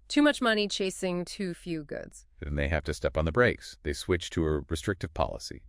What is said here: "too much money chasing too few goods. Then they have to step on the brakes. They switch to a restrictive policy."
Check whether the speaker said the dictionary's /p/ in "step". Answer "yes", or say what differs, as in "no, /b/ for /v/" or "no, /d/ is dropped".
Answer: yes